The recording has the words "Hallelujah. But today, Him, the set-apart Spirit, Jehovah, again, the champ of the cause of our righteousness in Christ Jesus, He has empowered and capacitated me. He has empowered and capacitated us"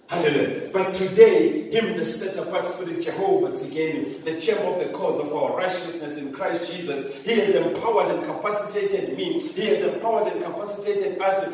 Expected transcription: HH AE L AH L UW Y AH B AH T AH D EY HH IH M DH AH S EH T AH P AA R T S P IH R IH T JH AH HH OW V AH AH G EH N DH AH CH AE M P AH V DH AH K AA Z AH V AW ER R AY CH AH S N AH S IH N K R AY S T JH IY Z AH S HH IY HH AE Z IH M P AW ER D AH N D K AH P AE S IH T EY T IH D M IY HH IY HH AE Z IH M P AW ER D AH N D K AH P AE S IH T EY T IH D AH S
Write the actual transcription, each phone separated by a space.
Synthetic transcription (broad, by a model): HH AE L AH L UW Y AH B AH T AH D EY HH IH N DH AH S EH T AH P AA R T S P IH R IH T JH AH HH OW V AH AH G EH N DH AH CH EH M AH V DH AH K AA Z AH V AW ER R AY CH AH S N AH S IH N K R AY S T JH IY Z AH S HH IY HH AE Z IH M P AW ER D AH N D K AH P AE S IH T EY T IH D M IY HH IY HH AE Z IH M P AW ER D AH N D K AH P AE S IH T EY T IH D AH S